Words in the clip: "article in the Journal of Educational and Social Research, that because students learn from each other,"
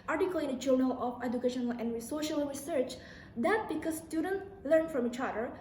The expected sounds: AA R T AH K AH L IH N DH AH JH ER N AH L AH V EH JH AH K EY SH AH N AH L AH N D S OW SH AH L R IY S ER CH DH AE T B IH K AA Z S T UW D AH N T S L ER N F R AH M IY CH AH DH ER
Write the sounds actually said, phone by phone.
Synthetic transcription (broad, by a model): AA R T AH K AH L IH N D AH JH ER N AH L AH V EH JH AH K EY SH AH N AH L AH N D S OW SH AH L R IY S ER CH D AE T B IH K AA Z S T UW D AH N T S L ER N F R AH M IY CH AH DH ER